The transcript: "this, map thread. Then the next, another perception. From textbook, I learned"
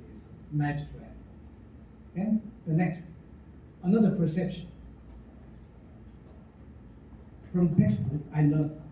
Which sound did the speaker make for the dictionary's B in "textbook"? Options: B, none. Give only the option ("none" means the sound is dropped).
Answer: none